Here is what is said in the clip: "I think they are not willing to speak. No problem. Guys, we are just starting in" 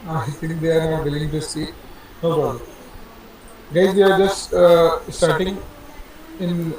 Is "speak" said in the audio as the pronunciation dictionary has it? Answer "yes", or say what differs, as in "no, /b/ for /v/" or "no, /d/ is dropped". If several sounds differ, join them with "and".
no, /p/ is dropped